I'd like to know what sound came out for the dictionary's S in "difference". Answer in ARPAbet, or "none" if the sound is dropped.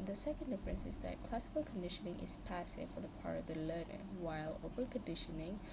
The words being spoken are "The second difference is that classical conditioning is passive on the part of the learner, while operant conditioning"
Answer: S